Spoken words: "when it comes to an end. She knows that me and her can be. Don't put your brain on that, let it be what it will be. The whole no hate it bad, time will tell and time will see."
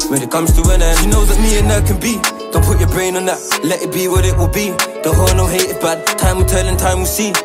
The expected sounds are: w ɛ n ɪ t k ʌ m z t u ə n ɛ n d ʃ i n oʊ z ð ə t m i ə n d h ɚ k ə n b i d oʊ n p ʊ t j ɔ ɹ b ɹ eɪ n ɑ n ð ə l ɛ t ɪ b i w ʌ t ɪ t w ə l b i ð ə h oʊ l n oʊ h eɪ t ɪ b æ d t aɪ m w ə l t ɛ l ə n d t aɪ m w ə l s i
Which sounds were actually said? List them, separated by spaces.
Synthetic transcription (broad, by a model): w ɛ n ɪ t k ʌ m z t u ə n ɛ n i n oʊ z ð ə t m i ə n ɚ k ə n b i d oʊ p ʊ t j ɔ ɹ b ɹ eɪ n ɑ n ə l ɛ t ɪ b i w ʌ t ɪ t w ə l b i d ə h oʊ n oʊ h eɪ t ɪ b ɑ t aɪ m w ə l t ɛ n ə n t aɪ m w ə s i